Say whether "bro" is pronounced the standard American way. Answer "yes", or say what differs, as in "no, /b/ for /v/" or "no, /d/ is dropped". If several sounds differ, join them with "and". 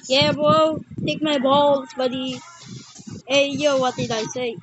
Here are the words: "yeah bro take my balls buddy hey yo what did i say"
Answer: no, /ɹ/ is dropped